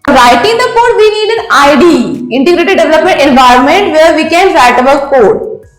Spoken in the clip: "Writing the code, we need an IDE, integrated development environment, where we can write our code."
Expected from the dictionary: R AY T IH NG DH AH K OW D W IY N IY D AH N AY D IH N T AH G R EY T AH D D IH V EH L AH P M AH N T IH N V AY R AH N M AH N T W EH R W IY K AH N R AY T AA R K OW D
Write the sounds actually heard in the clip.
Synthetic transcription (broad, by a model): R AY T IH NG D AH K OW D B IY N IY D AH N AY D IH N T AH G R EY T AH D D IH V EH L AH P M AH N T IH N V AY R AH N M AH N T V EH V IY K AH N R AY T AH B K OW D